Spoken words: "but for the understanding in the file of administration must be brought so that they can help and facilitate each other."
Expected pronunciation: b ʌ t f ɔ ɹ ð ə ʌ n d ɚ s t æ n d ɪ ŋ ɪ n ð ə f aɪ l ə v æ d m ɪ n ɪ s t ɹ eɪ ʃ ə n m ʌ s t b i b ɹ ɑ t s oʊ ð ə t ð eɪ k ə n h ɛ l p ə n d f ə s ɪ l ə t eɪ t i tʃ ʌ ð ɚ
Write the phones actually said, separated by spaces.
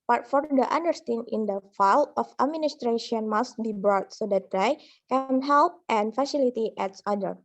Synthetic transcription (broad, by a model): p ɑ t f ɔ ɹ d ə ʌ n d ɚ s t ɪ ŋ ɪ n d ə f aɪ l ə f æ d m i n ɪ s t ɹ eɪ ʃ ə n m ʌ s t b i b ɹ ɑ t s oʊ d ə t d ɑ k ə n h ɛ l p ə n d f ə s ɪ l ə t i t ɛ s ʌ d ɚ